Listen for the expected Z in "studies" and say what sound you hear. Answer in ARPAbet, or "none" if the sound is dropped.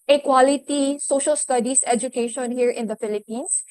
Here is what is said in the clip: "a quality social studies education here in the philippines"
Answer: S